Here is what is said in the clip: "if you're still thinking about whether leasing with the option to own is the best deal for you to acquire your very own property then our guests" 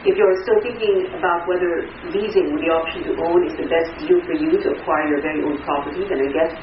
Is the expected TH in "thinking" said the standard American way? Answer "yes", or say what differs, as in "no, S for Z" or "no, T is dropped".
yes